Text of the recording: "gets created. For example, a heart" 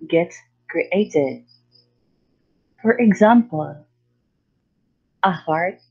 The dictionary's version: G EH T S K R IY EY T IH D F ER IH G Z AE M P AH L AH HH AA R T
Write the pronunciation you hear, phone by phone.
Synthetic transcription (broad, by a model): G EH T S K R IY EY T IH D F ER IH G Z AE M P AH L AH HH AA R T